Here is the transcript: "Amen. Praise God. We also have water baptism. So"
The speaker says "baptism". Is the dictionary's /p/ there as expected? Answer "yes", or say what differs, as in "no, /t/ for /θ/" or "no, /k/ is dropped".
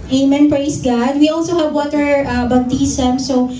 no, /b/ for /p/